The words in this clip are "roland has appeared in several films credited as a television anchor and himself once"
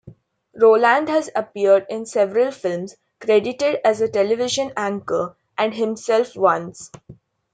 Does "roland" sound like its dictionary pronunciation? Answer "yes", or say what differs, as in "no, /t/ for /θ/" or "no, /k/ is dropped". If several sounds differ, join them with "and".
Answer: yes